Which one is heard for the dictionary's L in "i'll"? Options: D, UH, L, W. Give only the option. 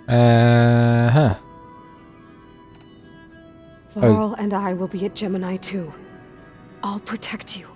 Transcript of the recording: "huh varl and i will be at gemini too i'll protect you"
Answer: L